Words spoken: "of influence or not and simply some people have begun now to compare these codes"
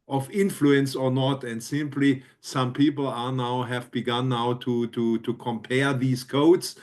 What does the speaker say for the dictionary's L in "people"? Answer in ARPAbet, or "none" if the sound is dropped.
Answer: N